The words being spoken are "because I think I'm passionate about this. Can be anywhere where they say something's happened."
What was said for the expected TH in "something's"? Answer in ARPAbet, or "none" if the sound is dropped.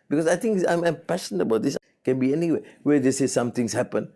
T